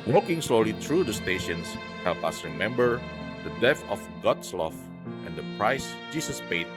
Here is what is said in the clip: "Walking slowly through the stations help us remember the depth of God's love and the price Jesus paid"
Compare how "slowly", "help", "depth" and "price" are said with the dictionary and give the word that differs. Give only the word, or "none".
depth